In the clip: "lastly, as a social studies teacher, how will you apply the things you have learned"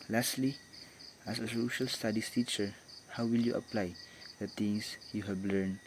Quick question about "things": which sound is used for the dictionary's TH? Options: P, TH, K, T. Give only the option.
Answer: T